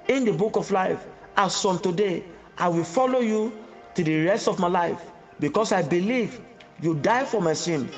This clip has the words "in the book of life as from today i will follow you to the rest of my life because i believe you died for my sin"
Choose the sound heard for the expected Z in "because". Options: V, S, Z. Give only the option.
S